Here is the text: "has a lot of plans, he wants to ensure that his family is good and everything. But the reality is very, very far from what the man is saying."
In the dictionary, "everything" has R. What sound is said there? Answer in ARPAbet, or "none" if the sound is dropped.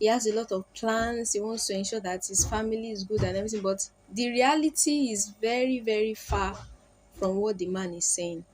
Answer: none